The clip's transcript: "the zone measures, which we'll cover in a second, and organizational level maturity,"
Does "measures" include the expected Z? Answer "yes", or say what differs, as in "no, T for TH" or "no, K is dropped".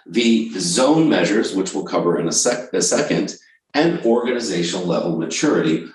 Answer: yes